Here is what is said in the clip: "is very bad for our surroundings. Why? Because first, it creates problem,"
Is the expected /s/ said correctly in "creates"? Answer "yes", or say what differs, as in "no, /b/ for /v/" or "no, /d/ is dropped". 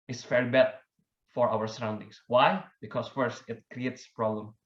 yes